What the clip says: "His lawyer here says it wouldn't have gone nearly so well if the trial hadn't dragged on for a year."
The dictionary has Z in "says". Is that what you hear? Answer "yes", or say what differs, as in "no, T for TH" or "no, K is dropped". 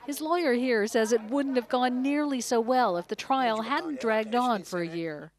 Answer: yes